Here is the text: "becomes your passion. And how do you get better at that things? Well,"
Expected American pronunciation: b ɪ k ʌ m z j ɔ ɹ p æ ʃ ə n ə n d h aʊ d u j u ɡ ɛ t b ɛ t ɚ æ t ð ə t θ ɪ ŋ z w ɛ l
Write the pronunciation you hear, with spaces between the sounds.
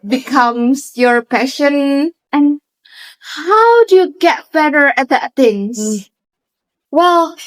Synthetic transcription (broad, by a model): b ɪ k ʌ m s j ɔ ɹ p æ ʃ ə n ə n h aʊ d u j u ɡ ɛ t b ɛ t ɚ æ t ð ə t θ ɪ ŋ w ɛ l